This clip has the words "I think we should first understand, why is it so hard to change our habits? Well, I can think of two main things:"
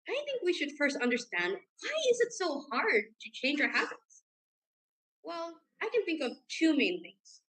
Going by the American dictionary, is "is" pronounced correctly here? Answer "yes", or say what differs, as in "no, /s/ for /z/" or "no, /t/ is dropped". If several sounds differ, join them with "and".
yes